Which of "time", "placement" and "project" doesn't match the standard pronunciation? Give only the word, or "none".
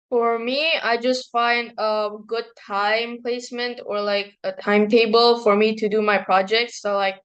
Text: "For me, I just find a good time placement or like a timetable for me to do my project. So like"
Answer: none